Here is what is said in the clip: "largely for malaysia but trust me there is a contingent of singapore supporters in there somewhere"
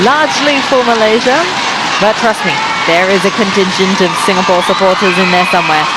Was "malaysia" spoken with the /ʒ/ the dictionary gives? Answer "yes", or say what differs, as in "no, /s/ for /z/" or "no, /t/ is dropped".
yes